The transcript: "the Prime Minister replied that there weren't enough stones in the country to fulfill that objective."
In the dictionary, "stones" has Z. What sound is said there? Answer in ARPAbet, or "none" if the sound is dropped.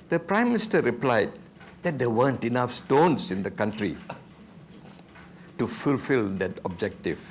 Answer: S